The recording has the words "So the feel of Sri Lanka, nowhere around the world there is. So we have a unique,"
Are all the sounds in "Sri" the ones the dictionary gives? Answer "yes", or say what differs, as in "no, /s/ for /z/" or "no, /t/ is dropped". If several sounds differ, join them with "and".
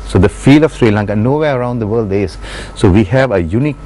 yes